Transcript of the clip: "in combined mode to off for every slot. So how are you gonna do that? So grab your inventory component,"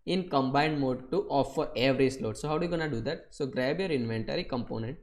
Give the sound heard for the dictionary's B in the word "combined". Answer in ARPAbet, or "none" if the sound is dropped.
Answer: B